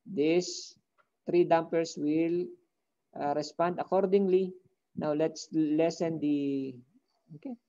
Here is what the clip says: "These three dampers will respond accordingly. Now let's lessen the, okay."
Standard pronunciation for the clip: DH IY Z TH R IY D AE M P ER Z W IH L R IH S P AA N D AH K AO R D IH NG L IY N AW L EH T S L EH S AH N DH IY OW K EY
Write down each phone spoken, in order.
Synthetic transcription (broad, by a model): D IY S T R IY D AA M P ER S W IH L R IH S P AA N D AH K AO R D IH NG L IY N AW L EH T S L EH S AH N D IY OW K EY